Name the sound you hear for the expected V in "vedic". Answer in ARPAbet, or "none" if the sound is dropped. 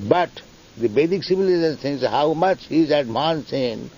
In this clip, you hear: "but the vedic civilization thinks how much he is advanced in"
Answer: B